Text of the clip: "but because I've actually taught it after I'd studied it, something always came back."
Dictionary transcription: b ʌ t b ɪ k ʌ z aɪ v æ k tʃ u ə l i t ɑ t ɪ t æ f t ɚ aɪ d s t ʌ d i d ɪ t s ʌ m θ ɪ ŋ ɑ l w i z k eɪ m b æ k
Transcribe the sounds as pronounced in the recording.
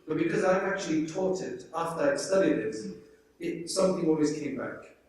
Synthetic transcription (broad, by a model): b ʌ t b ɪ k ʌ z aɪ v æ k tʃ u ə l i t ɑ t ɪ t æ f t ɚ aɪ s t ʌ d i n ɪ t s ʌ m θ ɪ ŋ ɑ l w i z k eɪ m b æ k